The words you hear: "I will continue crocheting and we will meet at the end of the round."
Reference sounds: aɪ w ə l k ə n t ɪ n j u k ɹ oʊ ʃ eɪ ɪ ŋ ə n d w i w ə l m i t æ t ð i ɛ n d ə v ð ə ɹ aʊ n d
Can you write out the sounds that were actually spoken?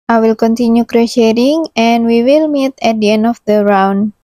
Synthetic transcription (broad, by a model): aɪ w ə l k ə n t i n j u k ɹ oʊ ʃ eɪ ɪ ŋ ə n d w i w ə l m i t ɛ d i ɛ n ə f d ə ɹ aʊ n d